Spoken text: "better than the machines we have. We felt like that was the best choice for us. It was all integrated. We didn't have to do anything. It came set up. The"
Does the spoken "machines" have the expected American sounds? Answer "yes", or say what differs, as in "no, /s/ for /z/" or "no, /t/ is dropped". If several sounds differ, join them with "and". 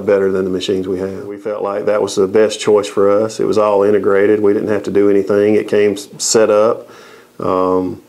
yes